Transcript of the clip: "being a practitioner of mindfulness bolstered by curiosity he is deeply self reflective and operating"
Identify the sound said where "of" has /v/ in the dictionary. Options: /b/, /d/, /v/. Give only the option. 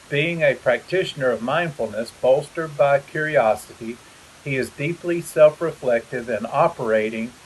/v/